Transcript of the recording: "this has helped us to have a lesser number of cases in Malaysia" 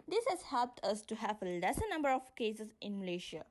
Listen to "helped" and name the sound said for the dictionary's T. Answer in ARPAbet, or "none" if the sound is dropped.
T